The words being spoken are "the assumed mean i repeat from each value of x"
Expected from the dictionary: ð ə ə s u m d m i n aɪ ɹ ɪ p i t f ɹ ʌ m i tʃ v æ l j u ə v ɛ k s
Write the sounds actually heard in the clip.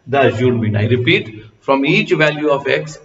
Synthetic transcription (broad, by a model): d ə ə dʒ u d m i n aɪ ɹ ɪ p i t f ɹ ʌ m i tʃ v æ l j u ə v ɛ k s